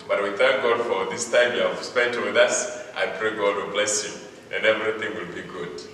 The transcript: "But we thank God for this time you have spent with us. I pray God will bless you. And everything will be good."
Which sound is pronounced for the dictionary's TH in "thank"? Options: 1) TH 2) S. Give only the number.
1